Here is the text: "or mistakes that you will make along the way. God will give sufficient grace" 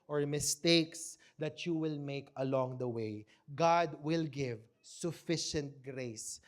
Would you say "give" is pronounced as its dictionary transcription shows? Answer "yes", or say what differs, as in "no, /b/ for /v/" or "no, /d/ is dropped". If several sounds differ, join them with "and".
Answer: yes